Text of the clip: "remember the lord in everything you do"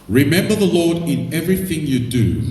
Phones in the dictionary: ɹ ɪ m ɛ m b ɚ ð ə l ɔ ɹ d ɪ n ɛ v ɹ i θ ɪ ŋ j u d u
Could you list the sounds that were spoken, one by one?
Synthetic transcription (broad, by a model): ɹ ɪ m ɛ m b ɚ ð ə l ɔ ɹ d ɪ n ɛ v ɹ i θ ɪ ŋ j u d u